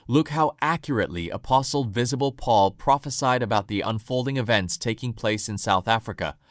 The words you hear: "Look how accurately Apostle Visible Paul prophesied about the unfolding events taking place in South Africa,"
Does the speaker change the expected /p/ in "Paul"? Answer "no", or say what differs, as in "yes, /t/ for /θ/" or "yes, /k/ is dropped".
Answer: no